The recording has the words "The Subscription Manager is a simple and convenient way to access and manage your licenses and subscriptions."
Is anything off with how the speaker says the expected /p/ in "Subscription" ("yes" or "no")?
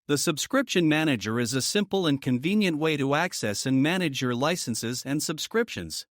no